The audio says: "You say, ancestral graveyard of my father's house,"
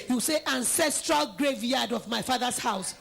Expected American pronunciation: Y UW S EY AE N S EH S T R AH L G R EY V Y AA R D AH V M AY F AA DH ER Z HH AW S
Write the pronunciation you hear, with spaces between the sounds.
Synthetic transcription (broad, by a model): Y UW S EY AE N S EH S T R AH L G R EY V Y AA D AH V M AY F AA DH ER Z HH AW S